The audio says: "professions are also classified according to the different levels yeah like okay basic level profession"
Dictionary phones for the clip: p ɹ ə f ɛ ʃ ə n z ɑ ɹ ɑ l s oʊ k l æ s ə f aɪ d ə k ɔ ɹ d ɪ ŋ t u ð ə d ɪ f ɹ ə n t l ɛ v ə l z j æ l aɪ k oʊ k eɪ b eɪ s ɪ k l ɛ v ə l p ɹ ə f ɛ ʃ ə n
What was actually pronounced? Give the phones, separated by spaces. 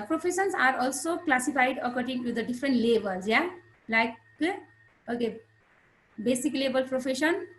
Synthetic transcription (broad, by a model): p ɹ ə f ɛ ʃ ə n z ɑ ɹ ɑ l s oʊ k l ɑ s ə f aɪ d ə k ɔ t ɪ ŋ t u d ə d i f ɹ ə n t l ɛ b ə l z j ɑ l aɪ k oʊ k eɪ b eɪ s ɪ k l ɛ b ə l p ɹ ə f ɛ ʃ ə n